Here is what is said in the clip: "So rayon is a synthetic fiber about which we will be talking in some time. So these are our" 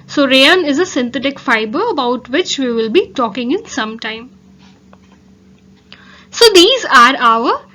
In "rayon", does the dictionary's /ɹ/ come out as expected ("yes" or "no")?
yes